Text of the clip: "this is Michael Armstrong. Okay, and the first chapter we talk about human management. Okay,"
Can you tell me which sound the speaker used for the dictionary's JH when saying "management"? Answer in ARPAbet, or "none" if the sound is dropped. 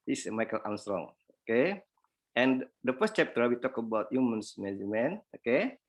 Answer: none